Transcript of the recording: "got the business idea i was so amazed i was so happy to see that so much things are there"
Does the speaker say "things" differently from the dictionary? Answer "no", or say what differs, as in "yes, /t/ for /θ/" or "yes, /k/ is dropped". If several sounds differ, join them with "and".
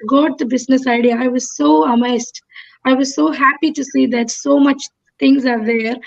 yes, /t/ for /θ/